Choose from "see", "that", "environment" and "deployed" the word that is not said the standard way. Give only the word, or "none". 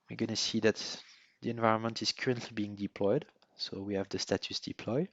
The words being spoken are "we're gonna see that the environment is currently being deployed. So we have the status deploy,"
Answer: none